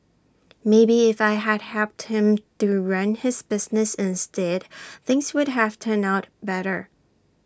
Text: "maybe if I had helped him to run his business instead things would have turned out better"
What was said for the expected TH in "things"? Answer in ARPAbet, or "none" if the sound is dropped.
TH